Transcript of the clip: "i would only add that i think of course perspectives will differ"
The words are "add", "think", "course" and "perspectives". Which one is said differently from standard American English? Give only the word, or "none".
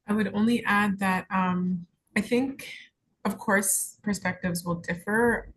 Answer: none